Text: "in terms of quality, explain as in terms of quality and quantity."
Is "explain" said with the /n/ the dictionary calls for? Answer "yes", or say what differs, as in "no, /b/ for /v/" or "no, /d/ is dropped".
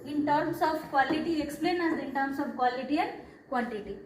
yes